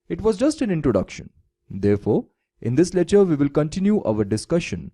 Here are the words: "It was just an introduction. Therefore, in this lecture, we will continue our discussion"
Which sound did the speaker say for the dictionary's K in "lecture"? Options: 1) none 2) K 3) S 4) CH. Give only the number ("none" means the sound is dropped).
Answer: 1